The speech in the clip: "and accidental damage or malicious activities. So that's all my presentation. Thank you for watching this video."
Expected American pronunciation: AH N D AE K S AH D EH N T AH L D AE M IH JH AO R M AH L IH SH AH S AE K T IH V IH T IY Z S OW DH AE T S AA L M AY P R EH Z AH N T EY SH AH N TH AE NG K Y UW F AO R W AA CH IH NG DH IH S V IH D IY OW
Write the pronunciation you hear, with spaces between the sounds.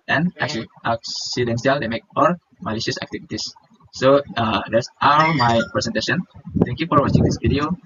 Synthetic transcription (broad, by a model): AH N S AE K S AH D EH N S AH L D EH M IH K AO L M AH L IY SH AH S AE K T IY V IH T IY S OW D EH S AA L M AY P R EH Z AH N T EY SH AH N T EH NG K Y UW F AO R W AA CH IH NG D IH S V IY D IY OW